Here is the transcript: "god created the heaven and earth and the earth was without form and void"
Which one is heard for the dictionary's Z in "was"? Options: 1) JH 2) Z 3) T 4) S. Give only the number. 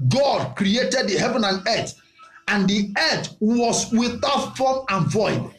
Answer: 4